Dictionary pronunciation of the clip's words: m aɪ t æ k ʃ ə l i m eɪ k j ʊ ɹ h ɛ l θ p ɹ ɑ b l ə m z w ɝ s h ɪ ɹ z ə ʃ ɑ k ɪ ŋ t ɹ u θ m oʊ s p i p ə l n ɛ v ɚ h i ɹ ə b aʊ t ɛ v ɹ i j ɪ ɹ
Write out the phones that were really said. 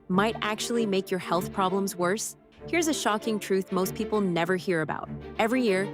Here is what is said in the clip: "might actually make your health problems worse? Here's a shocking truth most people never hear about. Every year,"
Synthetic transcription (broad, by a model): m aɪ t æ k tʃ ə l i m eɪ k j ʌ ɹ h ɛ l θ p ɹ ɑ b l ə m z w ɝ s h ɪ ɹ z ə ʃ ɑ k ɪ ŋ t ɹ u θ m oʊ s p i p l n ɛ v ɚ h i ɹ ə b aʊ t ɛ v ɹ i j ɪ ɹ